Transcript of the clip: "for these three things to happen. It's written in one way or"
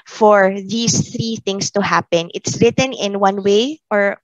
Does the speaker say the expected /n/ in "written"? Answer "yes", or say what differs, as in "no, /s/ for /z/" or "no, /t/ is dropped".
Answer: yes